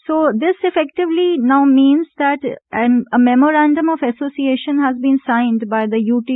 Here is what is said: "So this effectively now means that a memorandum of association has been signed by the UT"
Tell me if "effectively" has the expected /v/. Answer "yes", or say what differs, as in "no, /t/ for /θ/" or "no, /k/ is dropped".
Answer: yes